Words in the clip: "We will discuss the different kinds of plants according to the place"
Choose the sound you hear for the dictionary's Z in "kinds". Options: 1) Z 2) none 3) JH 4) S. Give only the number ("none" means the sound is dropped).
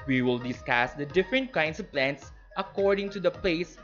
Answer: 4